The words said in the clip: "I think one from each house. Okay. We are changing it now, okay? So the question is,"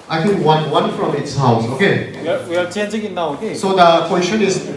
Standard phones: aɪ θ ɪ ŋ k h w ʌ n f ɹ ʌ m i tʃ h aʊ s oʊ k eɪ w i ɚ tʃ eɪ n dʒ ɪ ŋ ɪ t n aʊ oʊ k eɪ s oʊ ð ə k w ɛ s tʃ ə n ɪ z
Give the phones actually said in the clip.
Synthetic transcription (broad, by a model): aɪ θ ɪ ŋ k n w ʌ n f ɹ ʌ m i s h aʊ s oʊ k eɪ w i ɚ tʃ eɪ n dʒ ɪ ŋ ɪ t n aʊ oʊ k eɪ s oʊ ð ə k w ɛ s tʃ ə n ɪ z